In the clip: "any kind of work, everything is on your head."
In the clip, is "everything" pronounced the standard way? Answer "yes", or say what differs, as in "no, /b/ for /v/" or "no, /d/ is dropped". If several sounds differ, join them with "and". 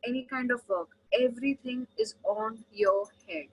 no, /t/ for /θ/